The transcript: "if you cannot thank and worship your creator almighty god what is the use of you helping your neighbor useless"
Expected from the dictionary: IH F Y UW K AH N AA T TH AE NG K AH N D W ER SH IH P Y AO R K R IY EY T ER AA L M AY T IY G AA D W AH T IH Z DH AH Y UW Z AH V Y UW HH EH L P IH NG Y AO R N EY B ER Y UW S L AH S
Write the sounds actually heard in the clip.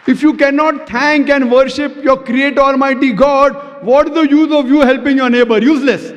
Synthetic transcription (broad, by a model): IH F Y UW K AH N AA T T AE NG K AH N D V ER SH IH P Y AO R K R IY EY T AA L M AY T IY G AA D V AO T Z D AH Y UW Z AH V Y UW HH EH L P IH NG Y AO R N EY B ER Y UW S L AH S